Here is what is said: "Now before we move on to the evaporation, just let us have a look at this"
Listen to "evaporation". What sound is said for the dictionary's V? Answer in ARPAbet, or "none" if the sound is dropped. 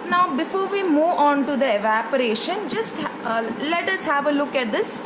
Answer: V